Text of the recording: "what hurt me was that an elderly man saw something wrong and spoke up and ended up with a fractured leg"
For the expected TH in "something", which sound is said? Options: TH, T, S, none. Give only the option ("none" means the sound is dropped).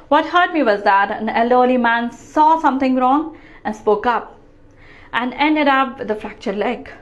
T